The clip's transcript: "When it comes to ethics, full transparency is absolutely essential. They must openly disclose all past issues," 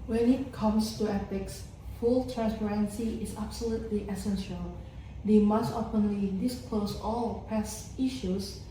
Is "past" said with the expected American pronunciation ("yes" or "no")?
no